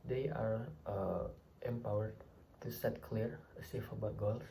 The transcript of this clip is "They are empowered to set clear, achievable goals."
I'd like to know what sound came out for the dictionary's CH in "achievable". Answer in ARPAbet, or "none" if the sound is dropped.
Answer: S